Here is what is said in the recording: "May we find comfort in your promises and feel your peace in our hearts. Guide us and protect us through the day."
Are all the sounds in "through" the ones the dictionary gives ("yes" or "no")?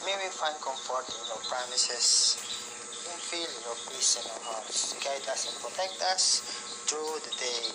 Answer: no